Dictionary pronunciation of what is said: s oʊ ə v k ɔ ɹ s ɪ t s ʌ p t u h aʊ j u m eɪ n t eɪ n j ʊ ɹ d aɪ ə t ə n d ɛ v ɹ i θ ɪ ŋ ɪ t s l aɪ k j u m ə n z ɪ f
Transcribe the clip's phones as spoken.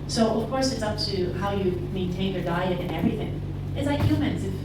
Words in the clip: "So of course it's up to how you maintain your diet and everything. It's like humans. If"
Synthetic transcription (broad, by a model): s oʊ ə v k ɔ ɹ s ɪ t s ʌ p t u h aʊ j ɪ m eɪ n t eɪ n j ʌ ɹ d aɪ ə t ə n ɛ v ɹ i θ ɪ ŋ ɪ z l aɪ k j u m ə n z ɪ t